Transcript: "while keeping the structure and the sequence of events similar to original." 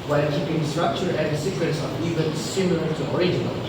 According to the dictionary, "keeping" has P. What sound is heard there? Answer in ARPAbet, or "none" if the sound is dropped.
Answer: B